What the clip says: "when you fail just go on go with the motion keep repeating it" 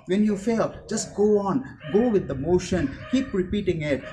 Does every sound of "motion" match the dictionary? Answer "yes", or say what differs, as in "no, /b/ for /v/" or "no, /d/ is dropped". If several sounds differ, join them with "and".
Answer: yes